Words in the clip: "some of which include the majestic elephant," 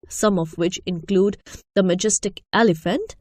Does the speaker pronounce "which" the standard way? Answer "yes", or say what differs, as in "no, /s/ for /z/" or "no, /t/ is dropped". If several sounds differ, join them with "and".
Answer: yes